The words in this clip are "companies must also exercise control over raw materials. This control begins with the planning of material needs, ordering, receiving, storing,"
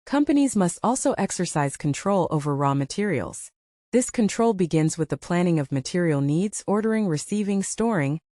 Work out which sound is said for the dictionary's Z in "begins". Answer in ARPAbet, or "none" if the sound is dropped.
Z